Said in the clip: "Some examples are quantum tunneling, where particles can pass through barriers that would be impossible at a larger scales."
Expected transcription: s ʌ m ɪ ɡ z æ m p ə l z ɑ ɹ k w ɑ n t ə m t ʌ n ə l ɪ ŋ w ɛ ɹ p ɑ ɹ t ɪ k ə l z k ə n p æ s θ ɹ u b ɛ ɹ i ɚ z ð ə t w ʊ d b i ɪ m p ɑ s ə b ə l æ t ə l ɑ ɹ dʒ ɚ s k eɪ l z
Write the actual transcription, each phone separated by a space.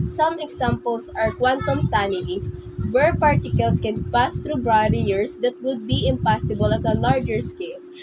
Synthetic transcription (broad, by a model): s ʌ m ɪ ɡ s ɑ m p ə l s ɑ ɹ k w ɑ n t ə m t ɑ n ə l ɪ w ɛ ɹ p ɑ ɹ t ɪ k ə l s k ə n p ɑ s t ɹ u b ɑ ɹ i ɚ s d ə t w ʊ d b i ɪ m p ɑ s ə b ə l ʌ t ə l ɑ ɹ dʒ ɚ s k eɪ l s